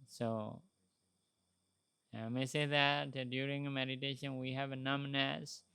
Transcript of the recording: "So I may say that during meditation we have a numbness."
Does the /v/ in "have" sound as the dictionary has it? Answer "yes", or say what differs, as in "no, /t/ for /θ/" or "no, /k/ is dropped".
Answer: yes